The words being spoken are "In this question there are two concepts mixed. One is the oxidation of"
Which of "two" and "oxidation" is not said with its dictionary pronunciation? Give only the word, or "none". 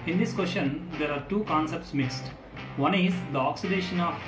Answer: none